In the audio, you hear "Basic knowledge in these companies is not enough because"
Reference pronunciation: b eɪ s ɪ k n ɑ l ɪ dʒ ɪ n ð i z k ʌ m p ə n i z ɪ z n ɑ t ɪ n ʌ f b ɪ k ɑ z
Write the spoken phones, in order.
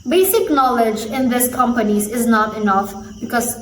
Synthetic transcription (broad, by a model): b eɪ s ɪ k n ɑ l ɪ dʒ ɪ n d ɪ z k ʌ m p ə n i z ɪ z n ɑ t ɪ n ʌ f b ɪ k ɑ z